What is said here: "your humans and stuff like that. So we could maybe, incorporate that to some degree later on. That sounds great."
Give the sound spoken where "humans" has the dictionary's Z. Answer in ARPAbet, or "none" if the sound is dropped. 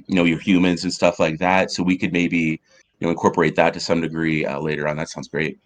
Z